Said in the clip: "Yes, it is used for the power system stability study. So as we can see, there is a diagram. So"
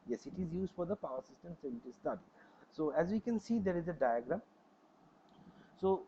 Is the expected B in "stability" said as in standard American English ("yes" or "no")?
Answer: no